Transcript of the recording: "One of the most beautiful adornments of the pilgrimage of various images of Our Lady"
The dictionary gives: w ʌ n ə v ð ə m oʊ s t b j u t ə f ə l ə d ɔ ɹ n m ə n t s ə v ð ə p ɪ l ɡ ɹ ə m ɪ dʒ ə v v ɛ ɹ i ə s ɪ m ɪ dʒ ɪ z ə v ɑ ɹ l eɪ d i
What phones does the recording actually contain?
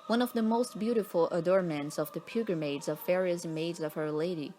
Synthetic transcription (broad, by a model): w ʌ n ə v ð ə m oʊ s t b j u t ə f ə l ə d ɔ ɹ m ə n t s ə v ð ə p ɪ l ɡ ɹ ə m ɪ z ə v v ɛ ɹ i ə s m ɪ ɪ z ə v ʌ ɹ l eɪ d i